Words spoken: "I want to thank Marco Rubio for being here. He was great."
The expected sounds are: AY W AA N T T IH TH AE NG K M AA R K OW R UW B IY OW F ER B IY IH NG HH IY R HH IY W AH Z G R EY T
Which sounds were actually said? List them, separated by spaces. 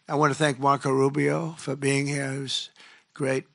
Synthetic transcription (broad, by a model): AY W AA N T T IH TH AE NG K M AA R K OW R UW B IY OW F ER B IY IH NG HH IY R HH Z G R EY T